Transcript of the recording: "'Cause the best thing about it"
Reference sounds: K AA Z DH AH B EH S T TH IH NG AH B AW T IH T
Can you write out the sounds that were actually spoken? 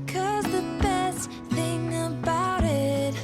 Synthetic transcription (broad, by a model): K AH Z DH AH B EH S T TH IH NG AH B AW T IH T